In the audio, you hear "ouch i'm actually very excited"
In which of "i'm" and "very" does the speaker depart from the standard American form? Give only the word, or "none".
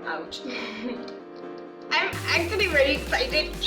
very